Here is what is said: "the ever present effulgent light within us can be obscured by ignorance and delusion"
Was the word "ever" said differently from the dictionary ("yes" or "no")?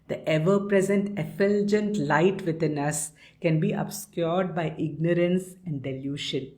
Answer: no